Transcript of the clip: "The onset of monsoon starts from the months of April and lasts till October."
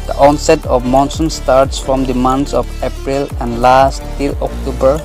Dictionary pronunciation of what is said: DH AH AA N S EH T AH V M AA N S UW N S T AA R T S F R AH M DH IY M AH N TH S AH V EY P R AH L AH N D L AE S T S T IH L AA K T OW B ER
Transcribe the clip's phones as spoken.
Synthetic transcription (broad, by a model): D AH AA N S EH T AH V M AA N S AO N S T AA R T S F R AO M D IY M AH N T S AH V EY P R AH L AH N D L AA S S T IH L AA K T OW B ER